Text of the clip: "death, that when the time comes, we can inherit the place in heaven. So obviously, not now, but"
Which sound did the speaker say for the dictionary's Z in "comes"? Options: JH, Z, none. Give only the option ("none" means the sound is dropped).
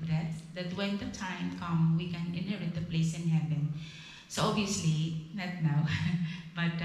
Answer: none